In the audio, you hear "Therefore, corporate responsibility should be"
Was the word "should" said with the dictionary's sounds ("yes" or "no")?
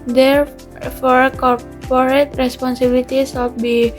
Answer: no